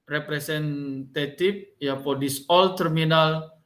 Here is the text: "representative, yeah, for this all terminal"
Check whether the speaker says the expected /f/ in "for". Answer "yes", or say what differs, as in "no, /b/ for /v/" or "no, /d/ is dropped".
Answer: no, /p/ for /f/